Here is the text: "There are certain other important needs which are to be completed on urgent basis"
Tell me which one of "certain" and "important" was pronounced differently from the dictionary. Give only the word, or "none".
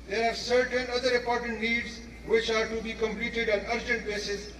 none